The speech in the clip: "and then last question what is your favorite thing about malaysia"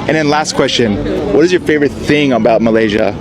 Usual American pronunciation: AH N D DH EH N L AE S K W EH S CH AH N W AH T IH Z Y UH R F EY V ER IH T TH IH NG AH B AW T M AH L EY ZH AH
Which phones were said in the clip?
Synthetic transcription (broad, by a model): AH N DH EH N L AE S K W EH S CH AH N W AH T IH Z Y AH R F EY V ER IH T TH IH NG AH B AW T M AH L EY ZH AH